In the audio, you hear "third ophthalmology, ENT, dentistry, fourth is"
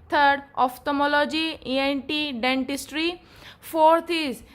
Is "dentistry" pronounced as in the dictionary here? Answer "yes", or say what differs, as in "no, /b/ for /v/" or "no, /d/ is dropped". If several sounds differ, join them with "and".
yes